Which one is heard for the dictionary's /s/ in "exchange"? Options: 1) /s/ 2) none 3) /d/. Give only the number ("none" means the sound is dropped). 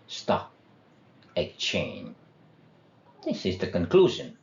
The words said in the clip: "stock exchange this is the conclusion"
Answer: 2